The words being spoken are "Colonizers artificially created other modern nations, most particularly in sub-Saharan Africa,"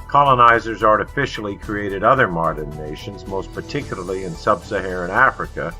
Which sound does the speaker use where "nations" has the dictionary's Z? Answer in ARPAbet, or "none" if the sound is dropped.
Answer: Z